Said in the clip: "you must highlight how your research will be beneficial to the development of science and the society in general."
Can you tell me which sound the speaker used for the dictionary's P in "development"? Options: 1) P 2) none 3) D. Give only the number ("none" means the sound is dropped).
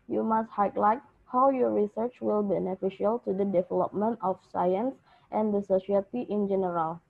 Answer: 1